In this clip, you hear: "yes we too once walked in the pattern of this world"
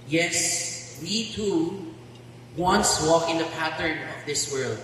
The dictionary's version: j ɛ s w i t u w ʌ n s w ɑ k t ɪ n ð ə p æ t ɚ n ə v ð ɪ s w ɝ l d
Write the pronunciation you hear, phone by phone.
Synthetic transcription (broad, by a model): j ɛ s w i t u w ʌ n s w ɑ k ɪ n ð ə p æ t ɚ n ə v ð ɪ s w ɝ l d